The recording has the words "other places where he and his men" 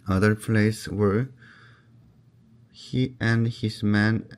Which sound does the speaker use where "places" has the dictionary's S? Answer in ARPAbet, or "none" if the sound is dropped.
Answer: none